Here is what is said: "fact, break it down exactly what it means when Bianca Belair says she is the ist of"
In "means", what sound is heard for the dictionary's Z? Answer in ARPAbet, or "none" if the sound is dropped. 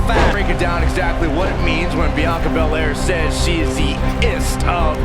Z